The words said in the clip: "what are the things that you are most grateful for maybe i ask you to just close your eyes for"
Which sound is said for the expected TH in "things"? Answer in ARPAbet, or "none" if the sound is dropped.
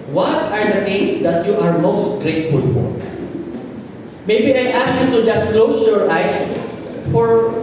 T